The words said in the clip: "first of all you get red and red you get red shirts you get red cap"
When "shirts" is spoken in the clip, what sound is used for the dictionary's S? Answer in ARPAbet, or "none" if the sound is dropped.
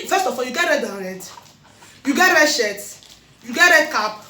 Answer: none